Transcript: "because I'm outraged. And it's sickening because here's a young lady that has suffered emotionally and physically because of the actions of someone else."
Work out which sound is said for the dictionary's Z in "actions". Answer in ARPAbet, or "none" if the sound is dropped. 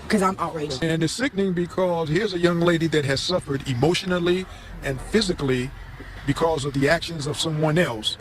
Z